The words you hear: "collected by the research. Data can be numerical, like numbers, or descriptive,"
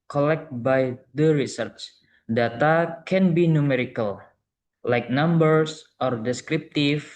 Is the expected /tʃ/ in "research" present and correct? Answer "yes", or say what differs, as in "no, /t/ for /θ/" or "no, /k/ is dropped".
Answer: yes